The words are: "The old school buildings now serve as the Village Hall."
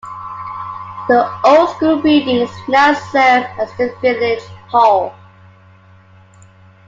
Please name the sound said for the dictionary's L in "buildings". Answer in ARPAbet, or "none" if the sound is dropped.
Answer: none